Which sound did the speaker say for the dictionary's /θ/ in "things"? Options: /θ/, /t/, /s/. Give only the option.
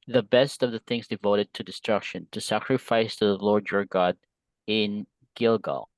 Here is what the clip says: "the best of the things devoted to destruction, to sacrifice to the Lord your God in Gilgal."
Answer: /θ/